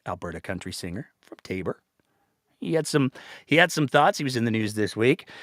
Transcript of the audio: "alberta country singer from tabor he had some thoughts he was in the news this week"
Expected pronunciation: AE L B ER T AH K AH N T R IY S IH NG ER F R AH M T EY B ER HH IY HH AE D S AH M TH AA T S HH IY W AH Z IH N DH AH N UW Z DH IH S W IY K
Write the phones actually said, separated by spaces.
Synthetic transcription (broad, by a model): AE L B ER T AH K AH N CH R IY S IH NG ER F R AH M T EY B ER HH IY HH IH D S AH M TH AA T S HH IY W AH Z IH N DH AH N UW Z DH IH S W IY K